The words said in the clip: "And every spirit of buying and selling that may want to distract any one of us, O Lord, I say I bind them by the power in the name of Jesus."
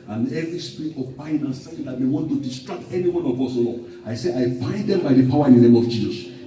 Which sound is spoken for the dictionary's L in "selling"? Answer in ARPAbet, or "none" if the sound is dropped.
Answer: none